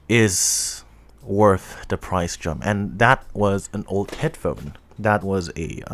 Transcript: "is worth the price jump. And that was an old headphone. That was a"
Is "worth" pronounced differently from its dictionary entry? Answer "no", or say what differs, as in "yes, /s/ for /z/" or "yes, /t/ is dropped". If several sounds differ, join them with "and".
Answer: no